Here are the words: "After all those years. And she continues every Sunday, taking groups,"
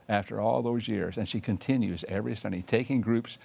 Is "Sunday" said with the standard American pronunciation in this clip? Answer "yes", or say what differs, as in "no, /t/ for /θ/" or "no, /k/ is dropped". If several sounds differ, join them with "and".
no, /n/ is dropped